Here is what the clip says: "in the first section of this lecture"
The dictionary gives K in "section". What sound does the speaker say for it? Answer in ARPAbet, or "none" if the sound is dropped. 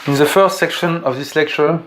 K